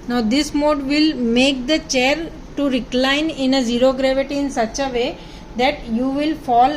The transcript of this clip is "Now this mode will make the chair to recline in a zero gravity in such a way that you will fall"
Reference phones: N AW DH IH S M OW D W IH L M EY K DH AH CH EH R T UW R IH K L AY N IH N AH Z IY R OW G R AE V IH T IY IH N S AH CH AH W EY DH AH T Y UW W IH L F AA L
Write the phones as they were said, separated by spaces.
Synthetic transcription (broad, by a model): N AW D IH S M OW D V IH L M EY K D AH CH EH R T UW R IH K L AY N IH N AH Z IY R OW G R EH V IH T IY IH N S AH CH AH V EY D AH T Y UW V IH L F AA L